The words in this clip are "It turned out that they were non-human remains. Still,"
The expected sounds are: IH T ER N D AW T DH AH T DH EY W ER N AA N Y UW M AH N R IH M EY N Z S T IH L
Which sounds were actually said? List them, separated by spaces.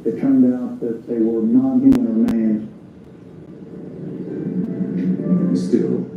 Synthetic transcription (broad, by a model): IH T ER N D AW T DH AH T DH EY W ER N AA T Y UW AH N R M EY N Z S T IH L